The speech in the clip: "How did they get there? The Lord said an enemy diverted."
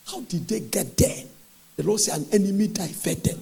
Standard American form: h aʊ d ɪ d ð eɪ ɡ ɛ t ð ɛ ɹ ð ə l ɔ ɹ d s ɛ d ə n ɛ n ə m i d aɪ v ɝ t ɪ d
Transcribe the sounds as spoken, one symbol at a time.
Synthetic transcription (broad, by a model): h aʊ d ɪ d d eɪ ɡ ɛ t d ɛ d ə l ɔ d s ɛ ə n ɛ n ə m i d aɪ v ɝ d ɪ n